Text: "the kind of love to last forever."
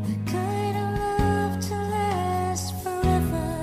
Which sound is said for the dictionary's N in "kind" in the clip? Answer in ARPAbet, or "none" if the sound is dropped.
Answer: none